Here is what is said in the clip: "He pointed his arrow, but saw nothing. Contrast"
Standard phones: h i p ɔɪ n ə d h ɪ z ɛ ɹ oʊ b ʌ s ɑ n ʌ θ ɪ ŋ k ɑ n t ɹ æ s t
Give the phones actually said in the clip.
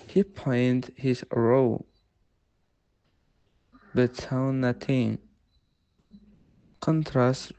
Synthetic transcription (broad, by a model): h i p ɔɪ n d h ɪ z ɹ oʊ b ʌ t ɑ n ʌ t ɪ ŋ k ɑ n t ɹ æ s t